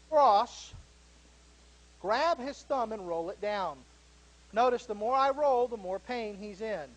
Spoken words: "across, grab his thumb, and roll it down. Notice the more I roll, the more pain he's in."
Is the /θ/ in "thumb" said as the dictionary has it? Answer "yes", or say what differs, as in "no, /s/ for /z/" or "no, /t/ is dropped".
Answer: yes